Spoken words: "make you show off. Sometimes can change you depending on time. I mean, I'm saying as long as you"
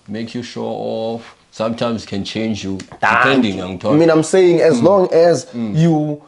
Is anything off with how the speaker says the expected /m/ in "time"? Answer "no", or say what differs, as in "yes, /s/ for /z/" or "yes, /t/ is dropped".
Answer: yes, /m/ is dropped